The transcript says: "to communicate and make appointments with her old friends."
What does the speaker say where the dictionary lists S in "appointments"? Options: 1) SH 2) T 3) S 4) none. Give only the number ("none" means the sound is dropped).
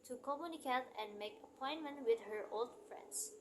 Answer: 4